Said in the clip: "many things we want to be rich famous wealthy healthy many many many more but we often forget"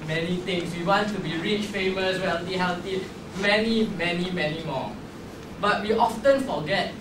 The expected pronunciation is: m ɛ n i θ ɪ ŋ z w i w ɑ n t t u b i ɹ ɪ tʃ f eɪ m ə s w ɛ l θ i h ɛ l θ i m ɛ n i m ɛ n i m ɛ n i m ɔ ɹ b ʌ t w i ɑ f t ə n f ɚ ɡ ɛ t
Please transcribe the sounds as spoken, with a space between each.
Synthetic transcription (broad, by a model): m ɛ n i t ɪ ŋ s w i w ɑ n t t u b i ɹ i tʃ f eɪ m ə s w ɛ l t i h ɛ l t i m ɛ n i m ɛ n i m ɛ n i m ɔ b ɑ t w i ɑ f t ə n f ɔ ɡ ɛ t